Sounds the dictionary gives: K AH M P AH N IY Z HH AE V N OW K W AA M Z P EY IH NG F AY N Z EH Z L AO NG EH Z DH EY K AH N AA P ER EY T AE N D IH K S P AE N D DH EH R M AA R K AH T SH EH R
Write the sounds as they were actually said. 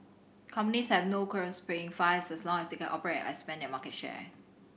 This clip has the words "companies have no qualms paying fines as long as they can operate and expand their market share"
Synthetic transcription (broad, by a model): K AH M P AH N IY S HH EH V N OW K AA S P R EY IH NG F AY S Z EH S L AO NG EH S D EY K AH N AA P ER EY T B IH S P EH N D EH M AA K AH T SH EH